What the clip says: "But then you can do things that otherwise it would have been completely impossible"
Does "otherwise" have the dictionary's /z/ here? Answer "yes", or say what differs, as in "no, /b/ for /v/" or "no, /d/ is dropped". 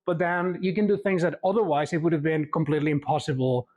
yes